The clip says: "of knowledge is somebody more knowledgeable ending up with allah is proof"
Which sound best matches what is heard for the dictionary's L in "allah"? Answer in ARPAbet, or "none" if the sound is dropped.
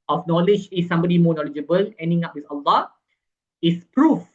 L